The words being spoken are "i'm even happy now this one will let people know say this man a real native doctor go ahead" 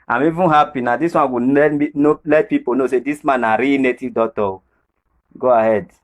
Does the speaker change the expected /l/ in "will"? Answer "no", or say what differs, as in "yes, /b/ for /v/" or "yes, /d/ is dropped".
yes, /n/ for /l/